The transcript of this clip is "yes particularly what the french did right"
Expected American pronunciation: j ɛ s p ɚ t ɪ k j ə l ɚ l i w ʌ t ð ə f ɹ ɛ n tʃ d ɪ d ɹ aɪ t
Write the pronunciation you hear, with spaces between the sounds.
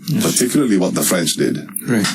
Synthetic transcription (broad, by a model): p ɚ t ɪ k j ə l ɚ l i w ʌ t ð ə f ɹ ɛ n tʃ d ɪ d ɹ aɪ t